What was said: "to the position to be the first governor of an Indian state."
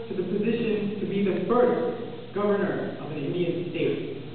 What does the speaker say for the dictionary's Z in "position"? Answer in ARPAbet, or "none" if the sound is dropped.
Z